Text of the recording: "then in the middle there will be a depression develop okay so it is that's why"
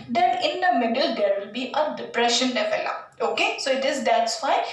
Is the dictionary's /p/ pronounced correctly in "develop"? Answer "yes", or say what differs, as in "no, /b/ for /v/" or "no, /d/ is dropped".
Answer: no, /p/ is dropped